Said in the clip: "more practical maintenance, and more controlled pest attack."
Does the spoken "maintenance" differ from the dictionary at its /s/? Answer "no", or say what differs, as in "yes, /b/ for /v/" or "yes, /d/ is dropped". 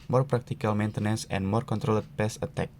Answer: no